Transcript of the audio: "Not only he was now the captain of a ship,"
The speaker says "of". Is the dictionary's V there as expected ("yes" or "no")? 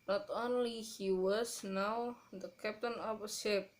no